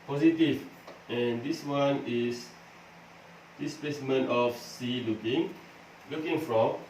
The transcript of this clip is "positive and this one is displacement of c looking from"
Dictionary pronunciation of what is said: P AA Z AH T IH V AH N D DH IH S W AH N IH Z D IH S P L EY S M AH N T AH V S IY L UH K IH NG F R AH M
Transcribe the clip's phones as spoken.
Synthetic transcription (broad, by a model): P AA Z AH T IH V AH N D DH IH S W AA N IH S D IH S P L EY S M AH N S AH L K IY L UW K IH NG F R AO M